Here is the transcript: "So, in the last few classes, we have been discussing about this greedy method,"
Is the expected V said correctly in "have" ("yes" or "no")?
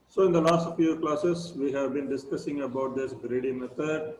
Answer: yes